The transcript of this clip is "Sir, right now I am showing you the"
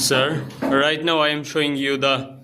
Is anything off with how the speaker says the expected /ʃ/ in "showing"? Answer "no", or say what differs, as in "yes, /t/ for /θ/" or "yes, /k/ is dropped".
no